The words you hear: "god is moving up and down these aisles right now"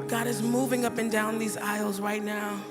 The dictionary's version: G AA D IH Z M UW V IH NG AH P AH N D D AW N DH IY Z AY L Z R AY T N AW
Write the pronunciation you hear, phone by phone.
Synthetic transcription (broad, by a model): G AA D IH Z M UW V IH NG AH P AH N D D AW N DH IY Z AY L Z R AY T N AW